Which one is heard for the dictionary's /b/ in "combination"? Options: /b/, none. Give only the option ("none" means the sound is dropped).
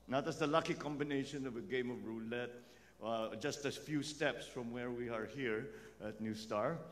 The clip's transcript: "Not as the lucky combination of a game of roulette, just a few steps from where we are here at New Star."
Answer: /b/